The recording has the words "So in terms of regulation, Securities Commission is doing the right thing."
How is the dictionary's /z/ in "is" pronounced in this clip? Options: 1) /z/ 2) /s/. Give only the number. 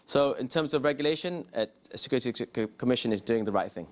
1